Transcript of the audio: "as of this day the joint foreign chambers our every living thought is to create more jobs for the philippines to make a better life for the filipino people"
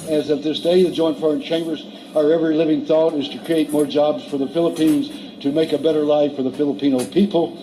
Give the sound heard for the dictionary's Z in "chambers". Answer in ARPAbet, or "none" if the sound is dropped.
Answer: Z